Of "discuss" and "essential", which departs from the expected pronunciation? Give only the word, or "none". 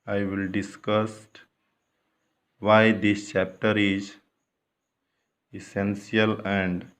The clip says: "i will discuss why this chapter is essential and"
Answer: essential